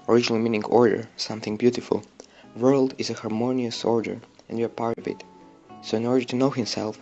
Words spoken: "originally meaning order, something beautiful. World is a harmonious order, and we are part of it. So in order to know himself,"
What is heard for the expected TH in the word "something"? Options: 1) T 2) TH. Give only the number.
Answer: 2